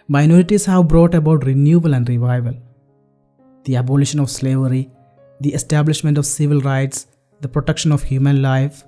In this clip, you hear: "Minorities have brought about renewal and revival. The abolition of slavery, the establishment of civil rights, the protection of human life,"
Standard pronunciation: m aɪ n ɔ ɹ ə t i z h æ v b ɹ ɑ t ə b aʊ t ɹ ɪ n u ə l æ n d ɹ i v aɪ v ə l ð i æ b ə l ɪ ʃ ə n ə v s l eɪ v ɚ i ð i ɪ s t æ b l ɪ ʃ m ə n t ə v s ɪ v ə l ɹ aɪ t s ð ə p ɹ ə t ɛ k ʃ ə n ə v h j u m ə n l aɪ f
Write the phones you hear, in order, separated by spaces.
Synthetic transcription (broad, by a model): m aɪ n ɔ ɹ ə t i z h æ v b ɹ ɑ t ə b aʊ t ɹ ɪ n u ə l æ n d ɹ i v aɪ v ə l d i æ b ə l ɪ ʃ ə n ə v s l eɪ v ɚ i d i ɪ s t æ b l ɪ ʃ m ə n t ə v s ɪ v ə l ɹ aɪ t s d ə p ɹ ə t ɛ k ʃ ə n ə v h j u m ə n l aɪ f